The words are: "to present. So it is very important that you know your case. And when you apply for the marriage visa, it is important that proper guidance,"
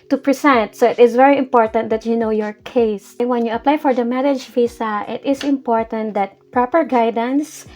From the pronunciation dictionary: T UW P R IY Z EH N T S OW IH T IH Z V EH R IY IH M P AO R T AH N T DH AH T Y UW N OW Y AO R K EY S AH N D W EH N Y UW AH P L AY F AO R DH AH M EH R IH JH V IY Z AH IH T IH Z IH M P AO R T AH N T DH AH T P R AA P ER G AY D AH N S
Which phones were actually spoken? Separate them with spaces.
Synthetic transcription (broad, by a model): T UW P R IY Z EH N T S OW IH T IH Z V EH R IY IH M P AO R T AH N T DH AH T Y UW N OW Y AO R K EY AH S W EH N Y UW AH P L AY F AO R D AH M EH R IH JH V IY S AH IH T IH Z IH M P AO R T AH N T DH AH T P R AA P ER G AY D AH N S